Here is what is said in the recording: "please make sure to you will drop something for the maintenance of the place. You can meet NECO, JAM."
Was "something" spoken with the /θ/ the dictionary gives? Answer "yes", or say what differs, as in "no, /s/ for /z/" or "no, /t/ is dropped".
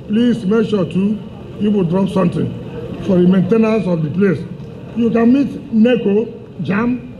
no, /t/ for /θ/